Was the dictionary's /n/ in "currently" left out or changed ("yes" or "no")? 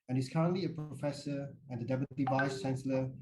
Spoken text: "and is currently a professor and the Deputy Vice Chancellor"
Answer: no